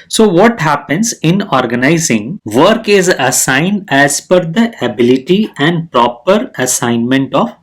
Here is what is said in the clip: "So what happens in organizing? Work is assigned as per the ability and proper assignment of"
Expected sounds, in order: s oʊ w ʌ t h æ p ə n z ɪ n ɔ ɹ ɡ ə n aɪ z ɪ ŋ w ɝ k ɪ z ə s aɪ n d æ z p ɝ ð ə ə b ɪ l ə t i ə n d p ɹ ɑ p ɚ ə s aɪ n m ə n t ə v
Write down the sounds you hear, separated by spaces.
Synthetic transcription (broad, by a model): s oʊ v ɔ t h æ p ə n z ɪ n ɔ ɹ ɡ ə n aɪ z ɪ ŋ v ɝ k ɪ z ə s aɪ n d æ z f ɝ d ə ə b ɪ l ə t i ə n d p ɹ ɑ p ɚ ə s aɪ n m ə n t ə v